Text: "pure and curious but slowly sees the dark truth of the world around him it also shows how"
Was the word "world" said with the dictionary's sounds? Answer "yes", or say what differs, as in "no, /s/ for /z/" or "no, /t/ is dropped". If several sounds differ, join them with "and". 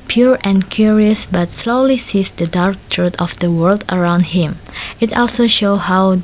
yes